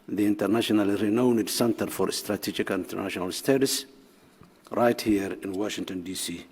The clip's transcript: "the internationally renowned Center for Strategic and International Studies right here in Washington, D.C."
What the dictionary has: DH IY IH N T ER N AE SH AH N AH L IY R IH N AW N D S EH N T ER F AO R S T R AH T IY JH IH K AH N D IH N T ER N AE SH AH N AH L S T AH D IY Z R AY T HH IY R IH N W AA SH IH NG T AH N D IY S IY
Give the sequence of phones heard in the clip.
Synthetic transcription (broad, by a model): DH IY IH N T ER N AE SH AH N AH L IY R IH N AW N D S EH N T ER F AO R S T R AH T IY JH IH K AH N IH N T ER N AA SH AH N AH L S T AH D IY S R AY T HH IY R IH N W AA SH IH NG T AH N D IY S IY